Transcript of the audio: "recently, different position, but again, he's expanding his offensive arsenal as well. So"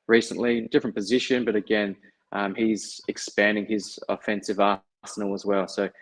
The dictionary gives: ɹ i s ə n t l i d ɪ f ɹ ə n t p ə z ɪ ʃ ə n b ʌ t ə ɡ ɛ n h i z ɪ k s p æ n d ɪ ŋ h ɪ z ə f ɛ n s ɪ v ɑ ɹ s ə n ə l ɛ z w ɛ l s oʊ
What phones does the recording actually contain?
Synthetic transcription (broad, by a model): ɹ i s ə n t l i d ɪ f ɹ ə n p ə z ɪ ʃ ə n b ʌ t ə ɡ ɛ n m i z ɪ k s p æ n d ɪ ŋ ɪ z ə f ɛ n s ɪ v ɑ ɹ s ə n l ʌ z w ɛ l s oʊ